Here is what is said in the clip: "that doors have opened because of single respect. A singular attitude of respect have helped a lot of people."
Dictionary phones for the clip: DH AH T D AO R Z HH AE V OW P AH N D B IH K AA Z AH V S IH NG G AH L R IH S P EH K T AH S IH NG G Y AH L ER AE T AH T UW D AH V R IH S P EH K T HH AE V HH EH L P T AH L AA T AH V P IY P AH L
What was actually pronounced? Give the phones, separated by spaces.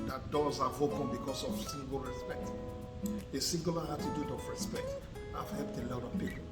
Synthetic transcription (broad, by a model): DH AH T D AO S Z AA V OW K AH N B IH K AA S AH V S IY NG G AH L R IH S P EH K T AH S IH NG G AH L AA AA T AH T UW D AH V R IH S P EH K T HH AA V HH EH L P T AH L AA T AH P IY